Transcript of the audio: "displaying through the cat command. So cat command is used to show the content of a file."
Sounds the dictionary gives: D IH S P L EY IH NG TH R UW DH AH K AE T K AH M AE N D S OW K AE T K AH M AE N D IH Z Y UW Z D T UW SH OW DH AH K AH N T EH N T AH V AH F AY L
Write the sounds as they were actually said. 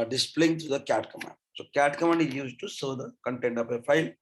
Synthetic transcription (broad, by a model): D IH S P L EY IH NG T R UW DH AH K AE T K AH M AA N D S OW K AE T K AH M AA N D IH Z Y UW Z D T UW S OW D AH K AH N T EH N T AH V AH F AY L